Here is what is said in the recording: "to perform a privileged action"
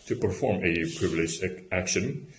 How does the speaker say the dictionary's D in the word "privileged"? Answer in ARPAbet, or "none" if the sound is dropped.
none